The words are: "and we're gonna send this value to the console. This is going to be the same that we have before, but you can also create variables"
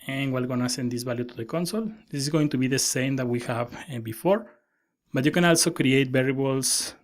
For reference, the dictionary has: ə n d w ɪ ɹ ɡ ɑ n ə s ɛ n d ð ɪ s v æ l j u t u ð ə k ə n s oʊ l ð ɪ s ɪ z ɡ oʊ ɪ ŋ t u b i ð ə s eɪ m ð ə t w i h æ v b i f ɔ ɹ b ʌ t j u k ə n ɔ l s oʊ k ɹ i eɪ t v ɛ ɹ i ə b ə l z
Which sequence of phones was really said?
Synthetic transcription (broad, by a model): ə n w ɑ l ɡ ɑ n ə s ɛ n d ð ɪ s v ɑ l j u t u ð ə k ə n s oʊ l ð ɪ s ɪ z ɡ oʊ ɪ ŋ t u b i ð ə s eɪ m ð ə t w i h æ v b i f ɔ ɹ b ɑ t j u k ə n ɔ l s oʊ k ɹ i eɪ t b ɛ ɹ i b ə l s